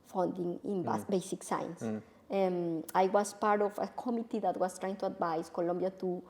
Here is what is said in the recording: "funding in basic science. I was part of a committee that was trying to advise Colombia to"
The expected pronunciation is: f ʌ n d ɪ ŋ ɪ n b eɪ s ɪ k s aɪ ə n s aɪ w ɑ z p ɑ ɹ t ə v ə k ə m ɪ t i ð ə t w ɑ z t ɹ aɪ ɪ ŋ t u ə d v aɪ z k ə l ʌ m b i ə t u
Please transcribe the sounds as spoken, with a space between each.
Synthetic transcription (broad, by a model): f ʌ n d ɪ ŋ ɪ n b eɪ s ɪ k s aɪ n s aɪ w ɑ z p ɑ ɹ t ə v ə k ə m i t i ð ə t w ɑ s t ɹ aɪ ɪ ŋ t u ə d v aɪ s k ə l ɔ m b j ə t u